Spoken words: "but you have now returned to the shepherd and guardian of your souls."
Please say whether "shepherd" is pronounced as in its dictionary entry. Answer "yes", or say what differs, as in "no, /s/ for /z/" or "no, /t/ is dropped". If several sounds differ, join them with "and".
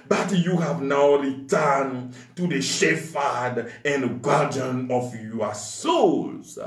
no, /f/ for /p/